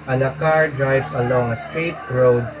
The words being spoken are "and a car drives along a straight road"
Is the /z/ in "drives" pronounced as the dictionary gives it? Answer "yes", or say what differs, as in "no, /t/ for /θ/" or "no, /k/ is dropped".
no, /s/ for /z/